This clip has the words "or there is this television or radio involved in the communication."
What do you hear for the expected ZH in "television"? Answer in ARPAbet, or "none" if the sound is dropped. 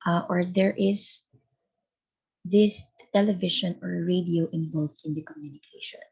SH